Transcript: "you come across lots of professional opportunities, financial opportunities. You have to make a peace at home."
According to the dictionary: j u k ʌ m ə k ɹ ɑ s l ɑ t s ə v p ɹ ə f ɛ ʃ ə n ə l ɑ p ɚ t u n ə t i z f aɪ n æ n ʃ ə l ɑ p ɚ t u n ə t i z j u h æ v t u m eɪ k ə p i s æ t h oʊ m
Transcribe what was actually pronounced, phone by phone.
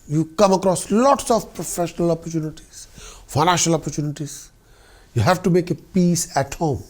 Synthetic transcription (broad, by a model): j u k ʌ m ə k ɹ ɑ s l ɑ t s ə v p ɹ ə f ɛ ʃ ə n ə l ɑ p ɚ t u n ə t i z f aɪ n æ n ʃ ə l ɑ p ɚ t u n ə t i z j u h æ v t u m eɪ k ə p i s æ t h oʊ m